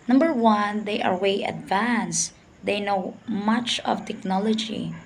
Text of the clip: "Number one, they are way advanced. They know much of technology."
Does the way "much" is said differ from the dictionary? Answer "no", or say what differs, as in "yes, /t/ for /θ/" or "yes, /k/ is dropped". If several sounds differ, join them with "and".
no